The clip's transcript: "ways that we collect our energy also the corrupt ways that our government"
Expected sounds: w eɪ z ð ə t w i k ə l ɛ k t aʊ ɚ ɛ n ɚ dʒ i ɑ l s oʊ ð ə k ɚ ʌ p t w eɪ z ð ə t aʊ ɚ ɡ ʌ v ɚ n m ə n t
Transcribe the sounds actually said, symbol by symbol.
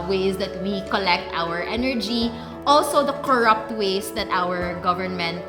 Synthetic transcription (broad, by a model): w eɪ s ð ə t w i k ə l ɛ k t aʊ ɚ ɛ n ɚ dʒ i ɑ l s oʊ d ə k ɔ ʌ p t w eɪ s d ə t aʊ ɚ ɡ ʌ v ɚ n m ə n t